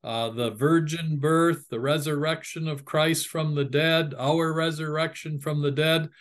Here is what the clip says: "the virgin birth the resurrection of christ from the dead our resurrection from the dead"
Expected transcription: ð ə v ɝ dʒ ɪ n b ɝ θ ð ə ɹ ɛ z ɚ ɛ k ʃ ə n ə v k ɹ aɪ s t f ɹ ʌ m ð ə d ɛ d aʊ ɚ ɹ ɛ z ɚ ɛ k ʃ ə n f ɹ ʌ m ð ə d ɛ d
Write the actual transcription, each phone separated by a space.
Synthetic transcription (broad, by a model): ð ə v ɝ dʒ ɪ n b ɝ θ ð ə ɹ ɛ z ɚ ɛ k ʃ ə n ə v k ɹ aɪ s t f ɹ ʌ m ð ə d ɛ d aʊ ɚ ɹ ɛ z ɚ ɛ k ʃ ə n f ɹ ʌ m ð ə d ɛ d